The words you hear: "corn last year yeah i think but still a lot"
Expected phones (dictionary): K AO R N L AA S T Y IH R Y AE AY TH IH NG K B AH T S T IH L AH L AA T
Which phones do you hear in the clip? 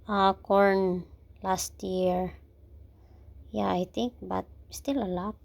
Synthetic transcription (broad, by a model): K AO R N L AA S T Y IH R Y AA AY T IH NG K B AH T S T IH L AH L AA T